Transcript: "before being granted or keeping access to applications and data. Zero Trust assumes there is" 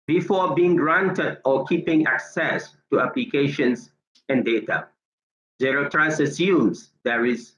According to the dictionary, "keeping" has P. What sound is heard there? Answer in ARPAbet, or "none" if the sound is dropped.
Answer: P